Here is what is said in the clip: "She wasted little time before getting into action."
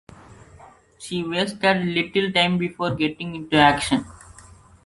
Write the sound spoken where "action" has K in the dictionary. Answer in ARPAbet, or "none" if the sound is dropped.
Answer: K